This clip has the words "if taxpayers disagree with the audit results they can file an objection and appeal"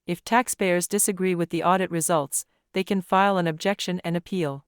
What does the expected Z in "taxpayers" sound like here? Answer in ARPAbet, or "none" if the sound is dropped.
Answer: Z